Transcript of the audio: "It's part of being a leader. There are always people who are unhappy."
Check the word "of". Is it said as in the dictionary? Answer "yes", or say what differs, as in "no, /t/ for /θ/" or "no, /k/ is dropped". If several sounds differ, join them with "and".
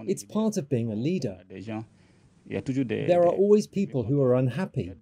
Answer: yes